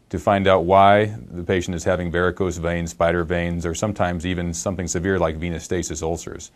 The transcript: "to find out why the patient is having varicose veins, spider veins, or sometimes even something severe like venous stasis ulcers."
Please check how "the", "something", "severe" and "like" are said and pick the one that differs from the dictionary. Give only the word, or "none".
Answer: none